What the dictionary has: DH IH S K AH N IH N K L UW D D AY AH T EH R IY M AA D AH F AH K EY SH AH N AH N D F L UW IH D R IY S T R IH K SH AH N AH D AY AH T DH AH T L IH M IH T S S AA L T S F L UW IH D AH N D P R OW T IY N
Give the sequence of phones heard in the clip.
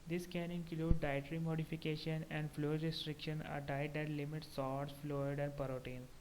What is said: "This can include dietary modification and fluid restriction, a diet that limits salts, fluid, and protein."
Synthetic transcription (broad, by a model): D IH S K AH N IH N K L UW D D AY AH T R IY M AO D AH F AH K EY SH AH N AH N D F L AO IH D R IY S T R IH K SH AH N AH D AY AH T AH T L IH M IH T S S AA T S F L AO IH D AH N D P R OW T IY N